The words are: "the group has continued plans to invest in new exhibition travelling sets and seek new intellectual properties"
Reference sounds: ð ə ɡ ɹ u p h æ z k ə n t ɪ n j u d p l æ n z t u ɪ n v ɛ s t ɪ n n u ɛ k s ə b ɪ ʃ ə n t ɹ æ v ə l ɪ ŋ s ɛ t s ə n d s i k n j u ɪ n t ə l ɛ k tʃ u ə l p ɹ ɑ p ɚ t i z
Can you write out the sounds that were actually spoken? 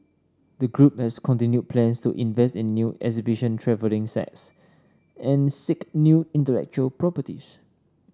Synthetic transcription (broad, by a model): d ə ɡ ɹ u p h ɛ s k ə n t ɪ n j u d p l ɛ n s t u ɪ n v ɛ s t ɪ n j u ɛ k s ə b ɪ ʃ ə n t ɹ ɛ v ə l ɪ ŋ s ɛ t s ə n s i k n j u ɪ n t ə l ɛ k tʃ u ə l p ɹ ɑ p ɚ t i s